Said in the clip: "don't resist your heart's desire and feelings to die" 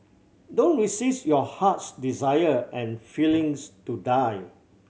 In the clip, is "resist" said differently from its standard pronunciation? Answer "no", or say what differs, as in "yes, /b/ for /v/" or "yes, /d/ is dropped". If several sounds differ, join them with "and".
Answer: yes, /s/ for /z/